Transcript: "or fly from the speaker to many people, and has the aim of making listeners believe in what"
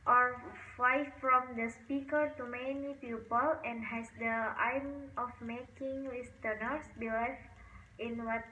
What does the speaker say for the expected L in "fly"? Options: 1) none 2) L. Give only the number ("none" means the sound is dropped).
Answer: 1